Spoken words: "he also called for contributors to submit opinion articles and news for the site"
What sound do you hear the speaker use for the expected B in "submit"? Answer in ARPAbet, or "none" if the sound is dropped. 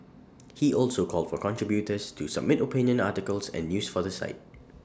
B